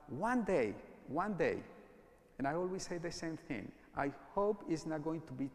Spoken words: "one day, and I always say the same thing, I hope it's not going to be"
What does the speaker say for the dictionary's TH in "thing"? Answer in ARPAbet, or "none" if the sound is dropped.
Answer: TH